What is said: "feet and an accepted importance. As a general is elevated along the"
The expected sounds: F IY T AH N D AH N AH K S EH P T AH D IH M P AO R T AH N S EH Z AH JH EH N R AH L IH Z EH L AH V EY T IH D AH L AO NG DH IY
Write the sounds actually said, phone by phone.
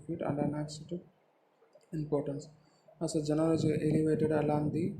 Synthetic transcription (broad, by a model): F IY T AH N D AH N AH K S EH T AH IH M P AO R T AH N S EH S AH JH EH N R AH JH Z EH L AH V EY T IH D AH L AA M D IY